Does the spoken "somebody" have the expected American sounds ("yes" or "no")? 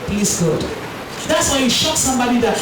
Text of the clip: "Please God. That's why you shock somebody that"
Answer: yes